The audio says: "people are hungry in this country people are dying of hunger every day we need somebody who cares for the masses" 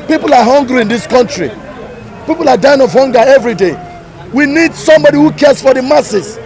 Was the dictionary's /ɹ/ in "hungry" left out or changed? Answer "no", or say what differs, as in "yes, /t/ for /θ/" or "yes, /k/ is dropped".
no